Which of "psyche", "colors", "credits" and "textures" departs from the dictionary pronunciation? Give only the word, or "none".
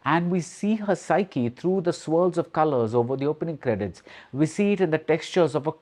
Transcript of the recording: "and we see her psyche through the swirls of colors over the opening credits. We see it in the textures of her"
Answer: none